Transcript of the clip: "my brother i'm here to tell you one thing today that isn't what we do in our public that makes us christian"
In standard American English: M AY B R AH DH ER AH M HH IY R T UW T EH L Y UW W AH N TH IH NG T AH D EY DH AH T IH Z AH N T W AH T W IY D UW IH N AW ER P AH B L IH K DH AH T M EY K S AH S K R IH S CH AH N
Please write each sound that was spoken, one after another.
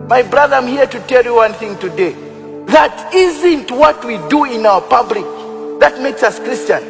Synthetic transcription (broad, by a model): M AY B R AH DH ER AH M HH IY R T UW T EH L Y UW W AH N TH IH NG T AH D EY DH AH T IH Z AH N T W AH T W IY D UW IH N AW ER P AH B L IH K DH AH T M EY K S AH S K R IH S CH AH N